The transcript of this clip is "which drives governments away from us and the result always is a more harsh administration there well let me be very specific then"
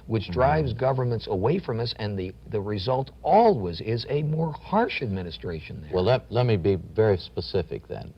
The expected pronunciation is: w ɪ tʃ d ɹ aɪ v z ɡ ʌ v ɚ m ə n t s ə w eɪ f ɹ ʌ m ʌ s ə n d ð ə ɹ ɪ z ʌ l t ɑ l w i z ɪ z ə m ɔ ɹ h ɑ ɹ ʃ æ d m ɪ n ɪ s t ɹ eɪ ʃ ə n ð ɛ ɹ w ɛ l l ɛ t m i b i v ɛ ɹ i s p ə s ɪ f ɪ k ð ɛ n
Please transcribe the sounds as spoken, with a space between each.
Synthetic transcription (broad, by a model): w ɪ tʃ d ɹ aɪ v z ɡ ʌ v ɚ m ə n t s ə w eɪ f ɹ ʌ m ʌ s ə n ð ð ə ɹ ɪ z ʌ l t ɑ l w i z ɪ z ə m ɔ ɹ h ɑ ɹ ʃ æ d m ɪ n ɪ s t ɹ eɪ ʃ ə n ð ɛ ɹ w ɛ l l ɛ t m i b i v ɛ ɹ i s p ə s ɪ f ɪ k ð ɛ n